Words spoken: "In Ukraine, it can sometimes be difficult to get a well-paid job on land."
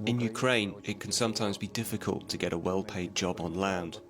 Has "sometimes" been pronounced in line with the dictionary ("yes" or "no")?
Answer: yes